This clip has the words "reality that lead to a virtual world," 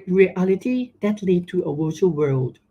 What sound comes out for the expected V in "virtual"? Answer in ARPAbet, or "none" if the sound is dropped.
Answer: W